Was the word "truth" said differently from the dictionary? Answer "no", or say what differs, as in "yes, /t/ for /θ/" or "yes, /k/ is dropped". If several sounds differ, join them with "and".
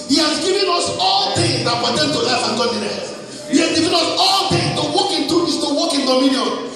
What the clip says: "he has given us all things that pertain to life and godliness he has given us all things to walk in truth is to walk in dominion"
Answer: yes, /ɹ/ is dropped